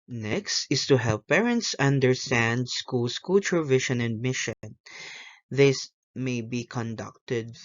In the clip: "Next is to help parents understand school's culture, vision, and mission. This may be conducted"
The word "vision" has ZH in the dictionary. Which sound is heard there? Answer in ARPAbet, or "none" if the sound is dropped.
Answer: SH